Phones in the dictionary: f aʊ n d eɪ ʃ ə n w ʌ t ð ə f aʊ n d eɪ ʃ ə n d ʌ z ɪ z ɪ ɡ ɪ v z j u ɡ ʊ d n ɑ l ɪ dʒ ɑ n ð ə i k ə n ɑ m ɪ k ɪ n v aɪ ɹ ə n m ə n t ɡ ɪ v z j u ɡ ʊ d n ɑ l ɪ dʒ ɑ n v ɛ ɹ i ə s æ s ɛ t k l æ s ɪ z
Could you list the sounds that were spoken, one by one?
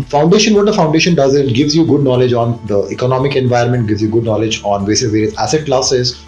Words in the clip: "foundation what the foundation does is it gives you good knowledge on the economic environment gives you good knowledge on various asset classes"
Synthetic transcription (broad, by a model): f aʊ n d eɪ ʃ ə n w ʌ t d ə f aʊ n d eɪ ʃ ə n d ʌ z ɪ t ɡ ɪ v z j u ɡ ʊ d n ɑ l ɪ dʒ ɑ n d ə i k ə n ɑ m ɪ k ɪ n v aɪ ə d m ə n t ɡ ɪ v z j u ɡ ʊ d n ɑ l ɪ dʒ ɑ n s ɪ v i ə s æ s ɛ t k l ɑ s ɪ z